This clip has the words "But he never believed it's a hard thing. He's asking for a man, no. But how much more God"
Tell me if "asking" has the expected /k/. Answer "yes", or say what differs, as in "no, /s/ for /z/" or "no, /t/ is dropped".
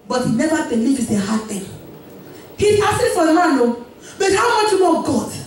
no, /k/ is dropped